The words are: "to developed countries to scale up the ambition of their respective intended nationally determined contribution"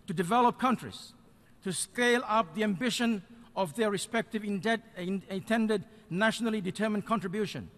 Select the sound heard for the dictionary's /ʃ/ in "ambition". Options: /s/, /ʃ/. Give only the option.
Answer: /ʃ/